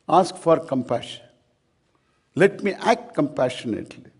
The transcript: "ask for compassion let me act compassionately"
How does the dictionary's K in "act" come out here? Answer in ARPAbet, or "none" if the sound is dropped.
K